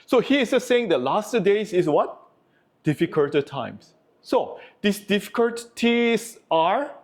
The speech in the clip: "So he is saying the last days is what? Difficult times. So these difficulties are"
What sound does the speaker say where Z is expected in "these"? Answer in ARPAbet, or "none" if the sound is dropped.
S